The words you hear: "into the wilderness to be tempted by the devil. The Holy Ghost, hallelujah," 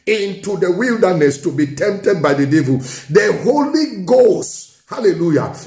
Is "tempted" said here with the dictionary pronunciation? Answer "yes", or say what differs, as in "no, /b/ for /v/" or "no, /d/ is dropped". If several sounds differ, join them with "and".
yes